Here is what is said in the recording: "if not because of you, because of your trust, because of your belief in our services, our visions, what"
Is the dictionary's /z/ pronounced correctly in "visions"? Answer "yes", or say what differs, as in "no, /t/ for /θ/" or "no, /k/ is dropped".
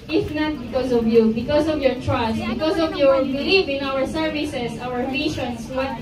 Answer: no, /s/ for /z/